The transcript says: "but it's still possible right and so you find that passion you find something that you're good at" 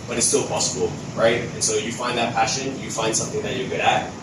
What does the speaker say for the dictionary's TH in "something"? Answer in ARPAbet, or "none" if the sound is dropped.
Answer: TH